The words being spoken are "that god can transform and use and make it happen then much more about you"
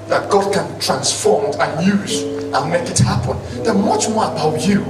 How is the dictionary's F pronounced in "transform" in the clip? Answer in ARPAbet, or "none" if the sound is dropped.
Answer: F